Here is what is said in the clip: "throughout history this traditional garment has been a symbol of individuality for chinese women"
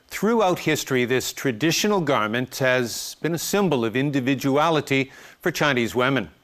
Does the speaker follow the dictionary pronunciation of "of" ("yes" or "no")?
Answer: yes